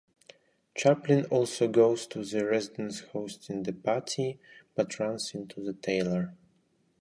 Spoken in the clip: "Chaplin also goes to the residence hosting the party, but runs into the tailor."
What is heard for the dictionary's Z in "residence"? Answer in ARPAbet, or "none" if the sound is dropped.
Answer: Z